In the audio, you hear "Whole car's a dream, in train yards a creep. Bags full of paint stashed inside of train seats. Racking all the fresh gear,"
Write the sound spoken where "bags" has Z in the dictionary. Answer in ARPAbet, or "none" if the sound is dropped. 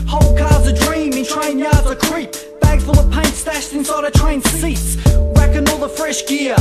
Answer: none